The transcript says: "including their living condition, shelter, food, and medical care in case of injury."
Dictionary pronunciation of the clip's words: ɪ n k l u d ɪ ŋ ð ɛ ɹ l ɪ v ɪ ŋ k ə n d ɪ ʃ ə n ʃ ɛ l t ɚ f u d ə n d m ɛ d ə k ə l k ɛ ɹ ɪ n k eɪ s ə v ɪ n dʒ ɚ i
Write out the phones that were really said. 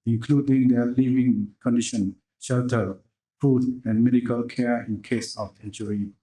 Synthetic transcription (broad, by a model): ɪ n k l u d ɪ ŋ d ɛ l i v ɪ ŋ k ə n d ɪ ʃ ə n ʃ ɛ l t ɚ f u d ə n m ɛ d ə k ə l k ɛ ɪ n k eɪ s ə f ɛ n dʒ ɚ i